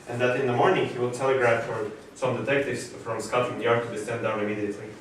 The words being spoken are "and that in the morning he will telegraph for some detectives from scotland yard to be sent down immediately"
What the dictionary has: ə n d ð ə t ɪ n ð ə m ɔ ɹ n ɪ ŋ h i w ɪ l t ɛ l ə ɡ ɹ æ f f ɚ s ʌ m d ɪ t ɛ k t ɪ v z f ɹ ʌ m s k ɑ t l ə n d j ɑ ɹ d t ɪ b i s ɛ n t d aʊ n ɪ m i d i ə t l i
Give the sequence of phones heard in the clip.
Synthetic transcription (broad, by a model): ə n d ð ə t ɪ n ð ə m ɔ ɹ n ɪ ŋ h i w ɪ l t ɛ l ə ɡ ɹ æ f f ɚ s ʌ m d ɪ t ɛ k t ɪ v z f ɹ ʌ m s k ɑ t ə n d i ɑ ɹ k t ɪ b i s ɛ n d aʊ n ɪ m i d i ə t l i